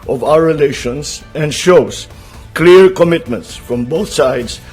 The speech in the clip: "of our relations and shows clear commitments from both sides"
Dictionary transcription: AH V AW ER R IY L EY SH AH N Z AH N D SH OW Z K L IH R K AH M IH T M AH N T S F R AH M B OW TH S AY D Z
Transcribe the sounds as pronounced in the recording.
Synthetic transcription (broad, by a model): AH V AW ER R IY L EY SH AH N S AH N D SH OW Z K L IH R K AH M IH T M AH N T S F R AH M B OW TH S AY D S